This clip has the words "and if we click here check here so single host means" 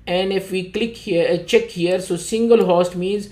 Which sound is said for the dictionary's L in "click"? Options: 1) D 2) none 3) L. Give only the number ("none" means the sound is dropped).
3